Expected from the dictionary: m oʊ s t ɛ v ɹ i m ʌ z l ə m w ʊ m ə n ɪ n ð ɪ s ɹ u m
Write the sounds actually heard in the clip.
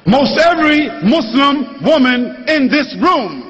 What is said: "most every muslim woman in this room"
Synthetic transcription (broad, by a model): m oʊ s t ɛ v ɹ i m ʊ s l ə m w ʊ m ə n ɪ n ð ɪ s ɹ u m